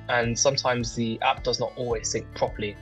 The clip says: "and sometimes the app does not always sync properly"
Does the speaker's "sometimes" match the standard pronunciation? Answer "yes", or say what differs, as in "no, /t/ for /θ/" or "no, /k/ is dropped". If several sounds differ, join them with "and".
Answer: yes